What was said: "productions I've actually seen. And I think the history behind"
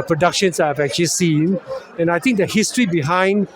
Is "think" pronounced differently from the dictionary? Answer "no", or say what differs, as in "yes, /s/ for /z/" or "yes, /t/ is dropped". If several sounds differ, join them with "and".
yes, /t/ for /θ/